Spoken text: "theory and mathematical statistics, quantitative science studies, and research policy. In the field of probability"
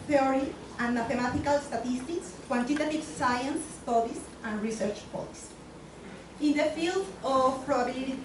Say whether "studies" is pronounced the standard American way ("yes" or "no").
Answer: no